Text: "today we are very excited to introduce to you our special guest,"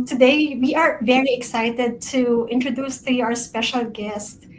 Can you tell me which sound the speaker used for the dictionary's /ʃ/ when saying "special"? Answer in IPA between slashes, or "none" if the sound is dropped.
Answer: /ʃ/